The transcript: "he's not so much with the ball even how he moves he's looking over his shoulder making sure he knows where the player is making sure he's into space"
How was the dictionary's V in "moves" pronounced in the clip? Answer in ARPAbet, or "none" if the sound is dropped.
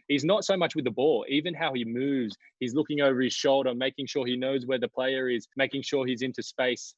V